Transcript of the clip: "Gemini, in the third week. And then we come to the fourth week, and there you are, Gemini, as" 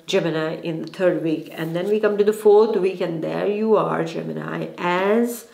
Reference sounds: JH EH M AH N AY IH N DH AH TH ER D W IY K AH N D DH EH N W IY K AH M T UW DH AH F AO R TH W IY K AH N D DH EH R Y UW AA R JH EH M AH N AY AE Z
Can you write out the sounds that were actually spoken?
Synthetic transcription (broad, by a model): JH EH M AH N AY IH N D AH T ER D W IY K AH N D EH N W IY K AH M T UW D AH F AO R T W IY K AH N D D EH R Y UW AA R JH EH M AH N AY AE Z